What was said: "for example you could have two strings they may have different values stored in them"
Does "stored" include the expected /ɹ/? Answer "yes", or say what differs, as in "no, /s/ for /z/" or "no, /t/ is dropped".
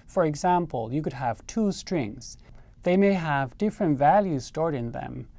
yes